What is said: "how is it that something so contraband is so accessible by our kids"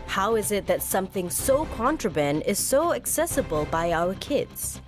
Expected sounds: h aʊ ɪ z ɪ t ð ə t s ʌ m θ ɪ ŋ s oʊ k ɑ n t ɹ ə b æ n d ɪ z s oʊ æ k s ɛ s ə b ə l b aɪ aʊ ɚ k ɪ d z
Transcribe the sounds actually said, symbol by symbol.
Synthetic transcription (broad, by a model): h aʊ ɪ z ɪ t ð ə t s ʌ m θ ɪ ŋ s oʊ k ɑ n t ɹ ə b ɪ n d ɪ z s oʊ æ k s ɛ s ə b ə l b aɪ aʊ ɚ k ɪ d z